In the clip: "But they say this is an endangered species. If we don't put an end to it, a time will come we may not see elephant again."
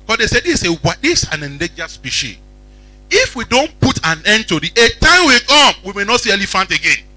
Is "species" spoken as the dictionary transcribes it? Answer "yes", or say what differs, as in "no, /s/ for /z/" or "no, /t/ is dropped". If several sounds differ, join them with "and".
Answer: no, /z/ is dropped